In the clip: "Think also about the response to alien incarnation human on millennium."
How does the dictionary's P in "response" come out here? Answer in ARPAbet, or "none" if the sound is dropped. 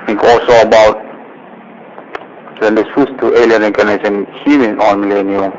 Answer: none